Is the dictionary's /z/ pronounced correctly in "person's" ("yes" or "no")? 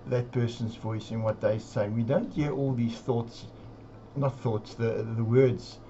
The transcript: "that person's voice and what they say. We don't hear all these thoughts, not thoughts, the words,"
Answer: yes